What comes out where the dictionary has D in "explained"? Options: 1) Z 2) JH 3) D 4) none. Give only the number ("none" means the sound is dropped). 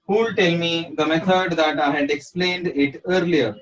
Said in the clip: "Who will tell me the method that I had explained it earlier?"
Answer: 3